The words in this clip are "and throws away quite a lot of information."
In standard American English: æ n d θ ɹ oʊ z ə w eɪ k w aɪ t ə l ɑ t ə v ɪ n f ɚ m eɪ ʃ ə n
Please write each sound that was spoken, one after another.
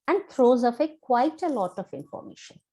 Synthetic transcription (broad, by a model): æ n d t ɹ oʊ z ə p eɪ k w aɪ t ə l ɑ t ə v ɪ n f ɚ m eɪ ʃ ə n